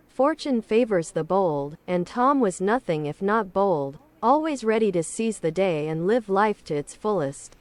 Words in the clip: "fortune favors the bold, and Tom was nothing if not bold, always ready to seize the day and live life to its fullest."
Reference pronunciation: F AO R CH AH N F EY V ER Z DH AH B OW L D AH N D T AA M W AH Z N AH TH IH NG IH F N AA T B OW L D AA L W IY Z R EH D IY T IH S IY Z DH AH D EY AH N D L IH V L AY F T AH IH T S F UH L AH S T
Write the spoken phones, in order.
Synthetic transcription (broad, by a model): F AO R CH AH N F EY V ER Z DH AH B OW L D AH N T AA M W AH Z N AH TH IH NG IH F N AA T B OW L D AA L W IY Z R EH D IY T IH S IY Z DH AH D EY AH N L IH V L AY F T IH T S F UH L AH S T